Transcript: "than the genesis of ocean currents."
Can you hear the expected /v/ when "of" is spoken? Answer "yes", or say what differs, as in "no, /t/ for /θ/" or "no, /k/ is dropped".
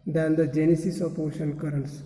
no, /p/ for /v/